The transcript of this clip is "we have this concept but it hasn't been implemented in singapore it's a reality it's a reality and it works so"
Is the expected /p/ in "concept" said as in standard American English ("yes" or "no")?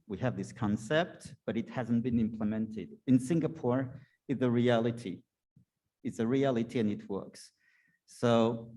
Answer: yes